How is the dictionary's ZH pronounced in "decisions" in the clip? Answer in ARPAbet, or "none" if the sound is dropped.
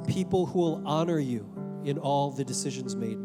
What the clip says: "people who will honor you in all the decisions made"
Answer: ZH